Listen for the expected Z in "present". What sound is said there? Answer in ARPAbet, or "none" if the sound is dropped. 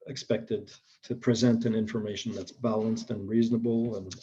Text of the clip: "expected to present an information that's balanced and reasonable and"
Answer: Z